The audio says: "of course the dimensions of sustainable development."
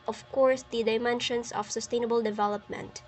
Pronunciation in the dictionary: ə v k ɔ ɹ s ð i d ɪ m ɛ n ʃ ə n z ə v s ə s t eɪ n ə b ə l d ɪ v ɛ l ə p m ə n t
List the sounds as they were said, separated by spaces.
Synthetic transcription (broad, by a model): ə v k ɔ ɹ s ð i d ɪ m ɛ n ʃ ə n s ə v s ə s t eɪ n ə b ə l d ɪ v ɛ l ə p m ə n t